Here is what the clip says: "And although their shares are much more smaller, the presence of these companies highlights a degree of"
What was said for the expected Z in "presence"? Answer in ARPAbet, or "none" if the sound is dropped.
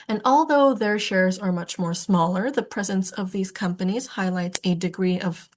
Z